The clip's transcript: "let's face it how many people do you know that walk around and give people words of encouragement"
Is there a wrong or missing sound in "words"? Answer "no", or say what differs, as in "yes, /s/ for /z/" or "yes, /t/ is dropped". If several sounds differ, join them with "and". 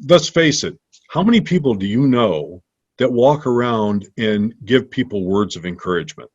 no